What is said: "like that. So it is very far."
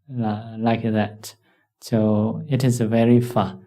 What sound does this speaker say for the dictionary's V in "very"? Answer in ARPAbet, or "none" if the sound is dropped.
V